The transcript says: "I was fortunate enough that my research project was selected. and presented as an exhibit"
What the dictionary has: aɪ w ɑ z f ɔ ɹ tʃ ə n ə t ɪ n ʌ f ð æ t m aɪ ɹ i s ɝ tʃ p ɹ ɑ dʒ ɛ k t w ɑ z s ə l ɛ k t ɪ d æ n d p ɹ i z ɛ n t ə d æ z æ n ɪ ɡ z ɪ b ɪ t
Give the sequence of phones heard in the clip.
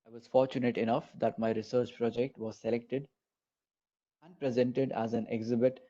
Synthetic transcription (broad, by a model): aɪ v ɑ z f ɔ ɹ tʃ ə n ə t ɪ n ʌ f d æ t m aɪ ɹ i s ɝ tʃ p ɹ ɑ dʒ ɛ k t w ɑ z s ə l ɛ k t ɪ d æ n d p ɹ i z ɛ n t ə d æ z æ n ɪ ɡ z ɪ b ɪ t